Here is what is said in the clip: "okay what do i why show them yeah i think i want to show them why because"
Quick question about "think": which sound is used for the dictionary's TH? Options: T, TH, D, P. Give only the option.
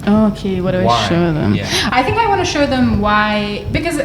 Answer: TH